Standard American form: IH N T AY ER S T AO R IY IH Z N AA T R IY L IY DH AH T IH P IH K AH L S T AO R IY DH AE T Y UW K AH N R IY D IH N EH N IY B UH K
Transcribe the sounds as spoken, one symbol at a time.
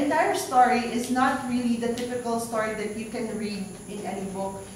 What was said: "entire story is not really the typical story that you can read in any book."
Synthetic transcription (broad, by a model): N T AY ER S T AO R IY IH Z N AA T R IY L IY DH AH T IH F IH K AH L S T AO R IY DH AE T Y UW K AH N R IY D IH N EH N IY B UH K